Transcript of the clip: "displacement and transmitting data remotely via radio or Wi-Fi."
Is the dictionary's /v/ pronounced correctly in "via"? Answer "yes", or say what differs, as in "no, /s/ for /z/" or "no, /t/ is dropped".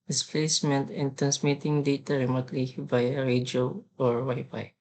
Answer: no, /b/ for /v/